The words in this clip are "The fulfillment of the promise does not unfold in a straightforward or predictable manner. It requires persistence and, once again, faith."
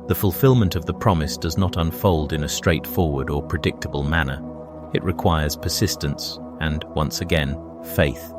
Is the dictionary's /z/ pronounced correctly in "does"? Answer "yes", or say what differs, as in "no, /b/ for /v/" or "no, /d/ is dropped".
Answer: yes